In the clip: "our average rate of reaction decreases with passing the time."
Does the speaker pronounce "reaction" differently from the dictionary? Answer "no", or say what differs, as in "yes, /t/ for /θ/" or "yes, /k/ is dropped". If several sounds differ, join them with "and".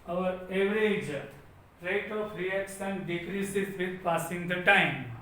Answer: yes, /s/ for /ʃ/